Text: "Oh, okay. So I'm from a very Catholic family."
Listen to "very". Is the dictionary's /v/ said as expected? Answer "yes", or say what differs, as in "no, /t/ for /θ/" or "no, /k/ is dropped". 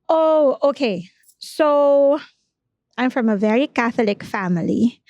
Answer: yes